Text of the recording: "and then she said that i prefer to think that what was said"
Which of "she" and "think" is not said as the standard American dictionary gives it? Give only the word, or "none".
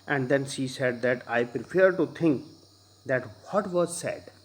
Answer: think